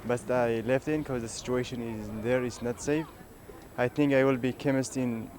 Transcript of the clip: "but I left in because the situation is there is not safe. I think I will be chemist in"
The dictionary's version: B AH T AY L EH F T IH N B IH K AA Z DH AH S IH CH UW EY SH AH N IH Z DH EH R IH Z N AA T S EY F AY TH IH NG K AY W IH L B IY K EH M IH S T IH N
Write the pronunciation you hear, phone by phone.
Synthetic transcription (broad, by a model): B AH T AY L EH F T IH N K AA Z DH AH S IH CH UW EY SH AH N IH Z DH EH R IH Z N AA T S EY F AY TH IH NG K AY W IH L B IY K EH M IH S T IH N